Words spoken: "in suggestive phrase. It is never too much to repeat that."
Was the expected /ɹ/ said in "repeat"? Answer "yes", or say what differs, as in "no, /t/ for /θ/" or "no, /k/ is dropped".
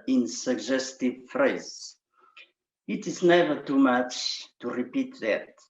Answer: yes